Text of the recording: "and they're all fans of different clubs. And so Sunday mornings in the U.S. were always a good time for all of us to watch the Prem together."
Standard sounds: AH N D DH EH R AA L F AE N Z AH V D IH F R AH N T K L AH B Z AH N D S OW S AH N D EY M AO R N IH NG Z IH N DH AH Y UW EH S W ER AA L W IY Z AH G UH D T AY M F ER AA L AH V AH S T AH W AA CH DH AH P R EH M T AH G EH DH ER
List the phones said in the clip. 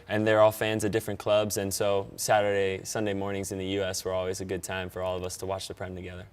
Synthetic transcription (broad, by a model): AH N DH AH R AA L F AE N Z AH V D IH F R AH N K L AH B Z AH N S OW S AH N D EY M AO R N IH NG Z IH N DH AH Y UW EH S W ER AA L W IY Z AH G UH D T AY M F ER AA L AH V AH S T AH W AA CH DH AH P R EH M T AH G EH DH ER